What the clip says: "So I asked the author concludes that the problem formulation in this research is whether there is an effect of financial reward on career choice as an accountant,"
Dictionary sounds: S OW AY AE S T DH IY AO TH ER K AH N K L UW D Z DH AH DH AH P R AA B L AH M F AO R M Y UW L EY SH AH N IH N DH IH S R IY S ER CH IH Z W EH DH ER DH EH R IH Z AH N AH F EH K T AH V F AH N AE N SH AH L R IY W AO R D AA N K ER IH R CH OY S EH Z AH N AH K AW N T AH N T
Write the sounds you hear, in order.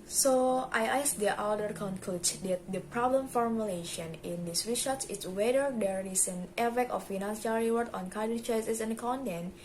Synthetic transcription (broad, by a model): S OW AY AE S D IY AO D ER K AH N K L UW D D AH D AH P R AA B L AH M F AO R M Y UW L EY SH AH N IH N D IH S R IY SH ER S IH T W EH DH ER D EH R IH S AH N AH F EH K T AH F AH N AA N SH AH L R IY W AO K AA N K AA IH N CH OY S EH S AH N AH K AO N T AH N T